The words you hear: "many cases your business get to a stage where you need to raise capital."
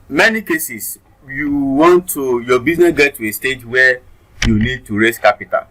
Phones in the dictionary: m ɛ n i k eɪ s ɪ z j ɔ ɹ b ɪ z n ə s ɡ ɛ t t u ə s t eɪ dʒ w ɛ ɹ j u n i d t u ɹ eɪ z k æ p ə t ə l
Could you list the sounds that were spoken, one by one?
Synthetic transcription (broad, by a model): m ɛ n i k eɪ s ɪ s j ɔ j b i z n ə s ɡ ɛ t t u ə s t eɪ dʒ w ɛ j u n i d t u ɹ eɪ s k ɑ p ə t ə l